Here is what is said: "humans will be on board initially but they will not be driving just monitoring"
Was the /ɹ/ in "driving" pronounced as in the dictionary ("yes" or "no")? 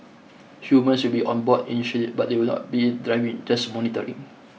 yes